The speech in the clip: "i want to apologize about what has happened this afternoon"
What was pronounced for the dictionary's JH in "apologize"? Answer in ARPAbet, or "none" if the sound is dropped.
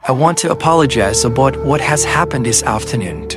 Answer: JH